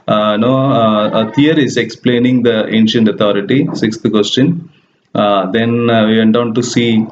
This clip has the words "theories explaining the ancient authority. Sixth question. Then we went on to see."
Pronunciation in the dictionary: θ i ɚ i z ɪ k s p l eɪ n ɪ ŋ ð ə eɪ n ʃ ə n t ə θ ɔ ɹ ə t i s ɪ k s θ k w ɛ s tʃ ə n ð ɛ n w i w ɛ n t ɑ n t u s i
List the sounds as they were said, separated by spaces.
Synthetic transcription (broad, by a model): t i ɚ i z ɪ k s p l eɪ n ɪ ŋ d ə eɪ n ʃ ə n t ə t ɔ ɹ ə t i s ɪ k s t k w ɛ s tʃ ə n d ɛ n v i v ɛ n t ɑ n t u s i